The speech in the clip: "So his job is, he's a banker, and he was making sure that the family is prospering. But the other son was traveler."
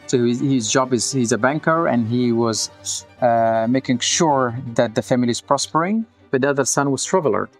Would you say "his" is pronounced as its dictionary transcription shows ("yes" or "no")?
yes